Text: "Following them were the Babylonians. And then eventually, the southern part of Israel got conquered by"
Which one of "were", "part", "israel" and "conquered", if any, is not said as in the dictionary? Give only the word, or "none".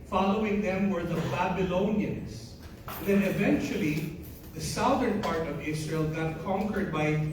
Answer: israel